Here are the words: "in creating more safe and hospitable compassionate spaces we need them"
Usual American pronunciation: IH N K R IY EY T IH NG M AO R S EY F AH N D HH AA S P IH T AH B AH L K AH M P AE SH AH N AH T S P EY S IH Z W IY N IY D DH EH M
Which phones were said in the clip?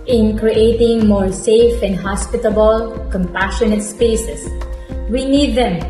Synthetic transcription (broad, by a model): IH N K R IY EY T IH NG M AO R S EY F AH N D HH AA S P IH T AH B AH L K AH M P AE SH AH N AH T S P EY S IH S W IY N IY D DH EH M